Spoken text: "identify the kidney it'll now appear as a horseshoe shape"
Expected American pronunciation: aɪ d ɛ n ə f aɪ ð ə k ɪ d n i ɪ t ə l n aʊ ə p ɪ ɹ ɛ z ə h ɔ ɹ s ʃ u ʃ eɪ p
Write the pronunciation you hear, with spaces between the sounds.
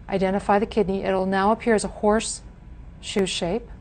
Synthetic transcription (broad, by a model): aɪ d ɛ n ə f aɪ ð ə k ɪ d n i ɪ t l n aʊ ə p ɪ ɹ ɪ z ə h ɔ ɹ s ʃ u ʃ eɪ p